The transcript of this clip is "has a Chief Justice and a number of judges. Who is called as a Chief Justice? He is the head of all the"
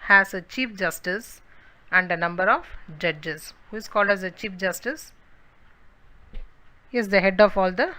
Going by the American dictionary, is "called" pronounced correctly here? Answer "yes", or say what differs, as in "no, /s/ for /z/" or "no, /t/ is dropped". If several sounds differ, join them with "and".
yes